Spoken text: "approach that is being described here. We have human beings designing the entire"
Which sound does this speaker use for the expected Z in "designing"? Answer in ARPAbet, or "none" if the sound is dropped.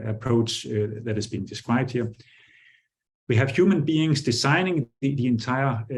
S